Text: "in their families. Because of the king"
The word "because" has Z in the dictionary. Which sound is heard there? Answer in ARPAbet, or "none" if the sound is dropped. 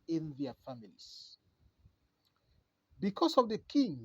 S